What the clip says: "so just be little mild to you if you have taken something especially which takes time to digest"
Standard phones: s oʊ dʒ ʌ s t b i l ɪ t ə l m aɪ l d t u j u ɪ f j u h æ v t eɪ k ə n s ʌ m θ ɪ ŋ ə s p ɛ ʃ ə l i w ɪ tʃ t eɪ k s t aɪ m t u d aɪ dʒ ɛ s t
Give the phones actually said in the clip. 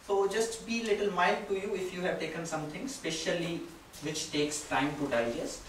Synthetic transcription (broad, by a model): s oʊ dʒ ʌ s t b i l ɪ t ə l m aɪ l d t u j u ɪ f j u h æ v t eɪ k ə n s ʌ m t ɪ ŋ s p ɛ ʃ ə l i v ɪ tʃ t eɪ k s t aɪ m t u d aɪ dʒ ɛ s